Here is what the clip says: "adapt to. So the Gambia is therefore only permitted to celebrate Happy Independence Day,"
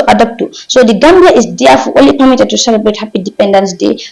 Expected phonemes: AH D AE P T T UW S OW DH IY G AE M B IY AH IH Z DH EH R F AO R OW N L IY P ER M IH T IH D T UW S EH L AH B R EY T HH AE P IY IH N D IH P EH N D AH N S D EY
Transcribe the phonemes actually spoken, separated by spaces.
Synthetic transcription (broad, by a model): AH D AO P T T UW S OW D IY G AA M B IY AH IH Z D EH F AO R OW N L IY P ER M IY T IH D T UW S EH L AH B R EY T HH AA P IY D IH P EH N D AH N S D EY